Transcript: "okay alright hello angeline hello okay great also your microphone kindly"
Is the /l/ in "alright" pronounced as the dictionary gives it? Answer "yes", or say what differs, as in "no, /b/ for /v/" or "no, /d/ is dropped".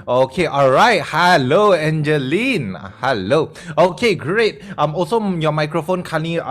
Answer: yes